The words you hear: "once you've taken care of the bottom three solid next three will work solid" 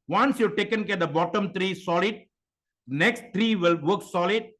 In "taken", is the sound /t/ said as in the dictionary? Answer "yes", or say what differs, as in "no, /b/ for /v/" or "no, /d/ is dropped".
yes